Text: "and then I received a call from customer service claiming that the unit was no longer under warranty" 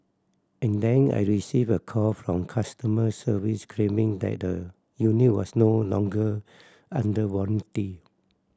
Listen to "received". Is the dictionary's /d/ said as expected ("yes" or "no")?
no